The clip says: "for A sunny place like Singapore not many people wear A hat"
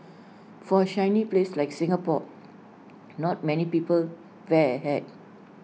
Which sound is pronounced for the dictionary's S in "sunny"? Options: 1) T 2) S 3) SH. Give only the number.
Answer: 3